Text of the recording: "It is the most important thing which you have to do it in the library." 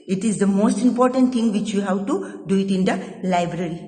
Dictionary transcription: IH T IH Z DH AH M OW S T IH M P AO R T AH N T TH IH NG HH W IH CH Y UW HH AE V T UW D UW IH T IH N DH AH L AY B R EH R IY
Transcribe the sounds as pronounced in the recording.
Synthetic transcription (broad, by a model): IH T IH Z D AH M OW S T IH M P AO R T AH N T T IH NG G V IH CH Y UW HH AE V T UW D UW IH T IH N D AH L AY B R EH R IY